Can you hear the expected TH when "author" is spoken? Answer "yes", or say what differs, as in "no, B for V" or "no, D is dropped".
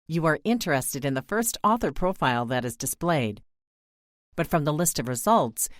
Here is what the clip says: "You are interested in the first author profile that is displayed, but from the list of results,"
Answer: yes